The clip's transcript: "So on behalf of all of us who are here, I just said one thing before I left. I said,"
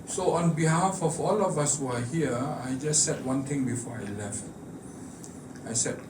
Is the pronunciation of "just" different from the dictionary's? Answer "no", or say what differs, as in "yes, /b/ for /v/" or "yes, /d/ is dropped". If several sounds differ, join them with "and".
no